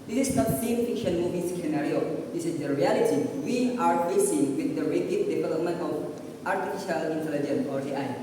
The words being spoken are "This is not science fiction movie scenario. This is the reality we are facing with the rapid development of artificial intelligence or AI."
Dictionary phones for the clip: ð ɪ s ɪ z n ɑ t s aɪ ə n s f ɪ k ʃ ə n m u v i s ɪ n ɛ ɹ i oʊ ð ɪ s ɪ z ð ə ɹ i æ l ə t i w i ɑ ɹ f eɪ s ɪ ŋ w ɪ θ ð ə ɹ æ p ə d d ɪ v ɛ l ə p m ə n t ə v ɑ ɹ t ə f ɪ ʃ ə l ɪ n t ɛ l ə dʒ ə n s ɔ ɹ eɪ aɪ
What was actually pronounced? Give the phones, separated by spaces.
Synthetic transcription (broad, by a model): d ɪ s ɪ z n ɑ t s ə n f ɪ k ʃ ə n m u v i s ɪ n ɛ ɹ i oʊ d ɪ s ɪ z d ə ɹ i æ l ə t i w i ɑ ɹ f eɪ s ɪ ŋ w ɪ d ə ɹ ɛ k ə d d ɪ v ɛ l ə p m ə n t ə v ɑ ɹ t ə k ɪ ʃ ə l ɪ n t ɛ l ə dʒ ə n ɔ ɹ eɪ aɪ